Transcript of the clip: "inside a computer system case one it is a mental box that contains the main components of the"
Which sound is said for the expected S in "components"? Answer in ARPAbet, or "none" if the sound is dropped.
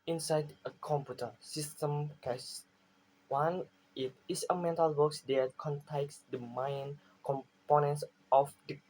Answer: S